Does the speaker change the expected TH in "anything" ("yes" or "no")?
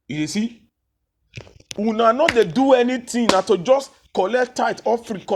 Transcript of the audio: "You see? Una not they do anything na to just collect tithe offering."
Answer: yes